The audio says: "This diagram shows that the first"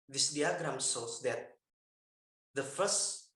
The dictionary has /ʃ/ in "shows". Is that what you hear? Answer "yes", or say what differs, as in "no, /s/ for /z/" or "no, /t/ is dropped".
no, /s/ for /ʃ/